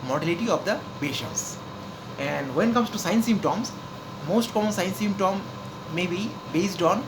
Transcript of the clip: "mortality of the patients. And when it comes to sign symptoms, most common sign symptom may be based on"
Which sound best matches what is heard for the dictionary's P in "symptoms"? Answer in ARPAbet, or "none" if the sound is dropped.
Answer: none